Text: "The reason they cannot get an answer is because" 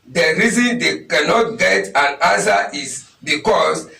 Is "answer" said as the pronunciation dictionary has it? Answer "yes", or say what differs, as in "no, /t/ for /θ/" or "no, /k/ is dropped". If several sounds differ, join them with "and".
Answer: no, /n/ is dropped